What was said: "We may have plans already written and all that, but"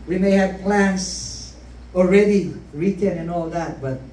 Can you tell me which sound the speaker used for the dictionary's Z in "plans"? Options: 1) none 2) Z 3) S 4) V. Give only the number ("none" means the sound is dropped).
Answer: 3